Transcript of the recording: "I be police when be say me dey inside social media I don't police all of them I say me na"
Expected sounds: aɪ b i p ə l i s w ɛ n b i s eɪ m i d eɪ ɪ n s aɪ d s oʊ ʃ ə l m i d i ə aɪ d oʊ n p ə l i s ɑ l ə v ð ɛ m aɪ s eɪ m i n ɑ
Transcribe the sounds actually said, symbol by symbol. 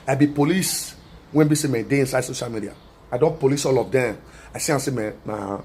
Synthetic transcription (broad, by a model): aɪ b i p ə l i s w ɛ n b i s eɪ m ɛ d eɪ ɪ n s aɪ d s oʊ ʃ ə l m i d i ə aɪ d oʊ n p ə l i s ɑ l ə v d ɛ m aɪ s eɪ m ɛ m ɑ